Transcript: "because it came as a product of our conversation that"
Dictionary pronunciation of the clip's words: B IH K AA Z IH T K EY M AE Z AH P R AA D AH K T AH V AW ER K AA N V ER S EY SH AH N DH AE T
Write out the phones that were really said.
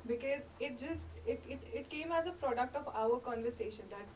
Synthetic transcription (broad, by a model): B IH K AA Z IH T K EY M AE Z AH P R AA D AH K T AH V AW ER K AA N V ER S EY SH AH N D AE T